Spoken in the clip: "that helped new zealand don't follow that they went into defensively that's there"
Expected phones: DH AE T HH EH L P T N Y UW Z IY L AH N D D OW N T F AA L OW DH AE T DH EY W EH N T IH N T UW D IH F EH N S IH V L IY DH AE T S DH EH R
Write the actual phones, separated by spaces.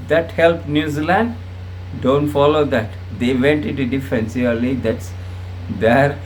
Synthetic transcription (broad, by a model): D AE T HH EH L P N Y UW Z IY L AH N D D OW N T F AA L OW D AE T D EY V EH N T IH N T UW D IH F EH N S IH L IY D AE T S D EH R